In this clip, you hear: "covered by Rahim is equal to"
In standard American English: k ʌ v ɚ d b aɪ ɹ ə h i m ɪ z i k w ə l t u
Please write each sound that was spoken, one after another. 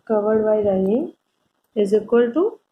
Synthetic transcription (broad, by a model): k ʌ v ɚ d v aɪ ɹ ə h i ɪ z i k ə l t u